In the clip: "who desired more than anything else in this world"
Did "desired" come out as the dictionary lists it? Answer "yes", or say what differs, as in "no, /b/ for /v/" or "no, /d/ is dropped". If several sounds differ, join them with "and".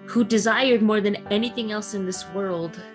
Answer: yes